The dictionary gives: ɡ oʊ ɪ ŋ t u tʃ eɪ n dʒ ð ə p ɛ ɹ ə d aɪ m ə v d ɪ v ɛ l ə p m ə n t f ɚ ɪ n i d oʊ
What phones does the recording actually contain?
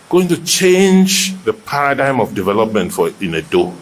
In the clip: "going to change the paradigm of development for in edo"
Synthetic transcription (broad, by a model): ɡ oʊ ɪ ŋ t u tʃ eɪ n dʒ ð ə p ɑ ɹ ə d aɪ m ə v d ɪ v ɛ l ə p m ə n t f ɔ ɪ n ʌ d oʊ